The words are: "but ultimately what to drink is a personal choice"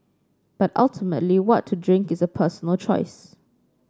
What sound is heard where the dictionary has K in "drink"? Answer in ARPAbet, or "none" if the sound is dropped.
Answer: K